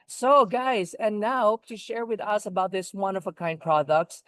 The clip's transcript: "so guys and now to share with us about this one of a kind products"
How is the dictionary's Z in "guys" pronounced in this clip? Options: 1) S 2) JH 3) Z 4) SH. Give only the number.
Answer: 3